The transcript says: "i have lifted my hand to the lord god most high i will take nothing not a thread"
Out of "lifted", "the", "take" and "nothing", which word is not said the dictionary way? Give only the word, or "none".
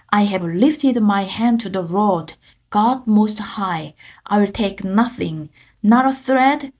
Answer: none